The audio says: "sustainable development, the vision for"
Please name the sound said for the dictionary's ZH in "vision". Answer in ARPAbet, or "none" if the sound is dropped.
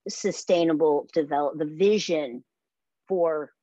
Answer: ZH